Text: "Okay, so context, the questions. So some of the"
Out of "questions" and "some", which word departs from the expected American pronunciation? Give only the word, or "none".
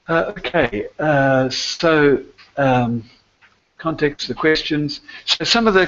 none